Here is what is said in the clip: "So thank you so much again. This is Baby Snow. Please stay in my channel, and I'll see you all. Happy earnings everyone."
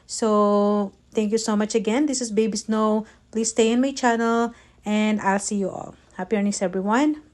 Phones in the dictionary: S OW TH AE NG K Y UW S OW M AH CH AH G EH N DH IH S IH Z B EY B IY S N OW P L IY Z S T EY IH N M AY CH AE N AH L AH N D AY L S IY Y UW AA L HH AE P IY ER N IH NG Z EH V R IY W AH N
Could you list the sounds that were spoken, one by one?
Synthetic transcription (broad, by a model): S OW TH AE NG K Y UW S OW M AH CH AH G EH N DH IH S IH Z B EY B IY S N OW P L IY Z S T EY IH N M AY CH AE N AH L AH N D AY L S IY Y UW AA L HH AE P IY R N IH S EH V R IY W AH N